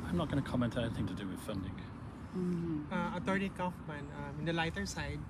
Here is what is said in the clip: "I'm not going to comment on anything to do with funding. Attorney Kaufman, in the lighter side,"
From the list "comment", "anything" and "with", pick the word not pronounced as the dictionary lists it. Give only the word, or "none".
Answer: none